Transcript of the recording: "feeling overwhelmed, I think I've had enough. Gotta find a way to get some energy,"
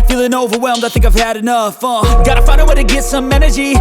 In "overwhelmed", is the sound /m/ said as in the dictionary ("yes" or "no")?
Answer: yes